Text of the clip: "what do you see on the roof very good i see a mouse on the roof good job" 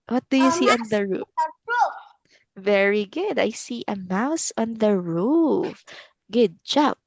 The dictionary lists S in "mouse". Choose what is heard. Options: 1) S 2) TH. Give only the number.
1